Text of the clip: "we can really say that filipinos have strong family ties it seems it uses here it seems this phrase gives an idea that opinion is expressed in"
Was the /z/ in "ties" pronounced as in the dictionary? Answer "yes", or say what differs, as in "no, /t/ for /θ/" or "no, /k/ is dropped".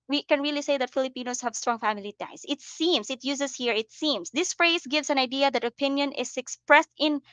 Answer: no, /s/ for /z/